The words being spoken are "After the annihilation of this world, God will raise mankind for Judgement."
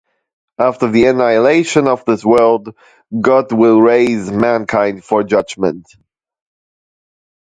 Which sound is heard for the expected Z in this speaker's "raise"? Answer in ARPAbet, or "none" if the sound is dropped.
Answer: Z